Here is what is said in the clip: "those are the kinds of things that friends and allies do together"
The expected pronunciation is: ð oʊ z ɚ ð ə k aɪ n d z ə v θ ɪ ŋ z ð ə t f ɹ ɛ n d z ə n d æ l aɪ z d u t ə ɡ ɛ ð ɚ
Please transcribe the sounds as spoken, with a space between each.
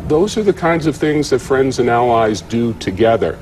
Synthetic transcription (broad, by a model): ð oʊ z ɚ ð ə k aɪ n d z ə v θ ɪ ŋ z ð ə t f ɹ ɛ n d z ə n æ l aɪ z d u t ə ɡ ɛ ð ɚ